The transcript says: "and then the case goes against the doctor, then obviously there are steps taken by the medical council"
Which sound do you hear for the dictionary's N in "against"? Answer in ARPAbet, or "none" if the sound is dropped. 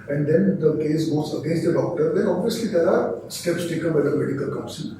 N